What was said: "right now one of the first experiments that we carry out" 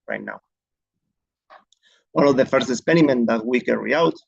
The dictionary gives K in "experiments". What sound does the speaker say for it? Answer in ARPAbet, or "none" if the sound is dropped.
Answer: none